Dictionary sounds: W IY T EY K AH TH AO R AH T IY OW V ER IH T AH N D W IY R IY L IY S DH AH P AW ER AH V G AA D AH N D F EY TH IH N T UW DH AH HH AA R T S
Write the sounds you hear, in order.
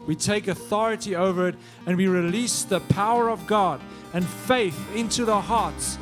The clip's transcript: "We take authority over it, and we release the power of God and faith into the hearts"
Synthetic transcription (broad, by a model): W IY T EY K AH TH AO R AH T IY OW V ER IH T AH N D W IY R IY L IY S DH AH P AW ER AH V G AA D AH N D F EY TH IH N T UW DH AH HH AA R T S